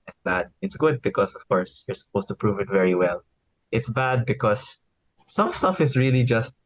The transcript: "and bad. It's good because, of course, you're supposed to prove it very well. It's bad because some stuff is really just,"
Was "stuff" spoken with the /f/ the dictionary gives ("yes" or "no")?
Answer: yes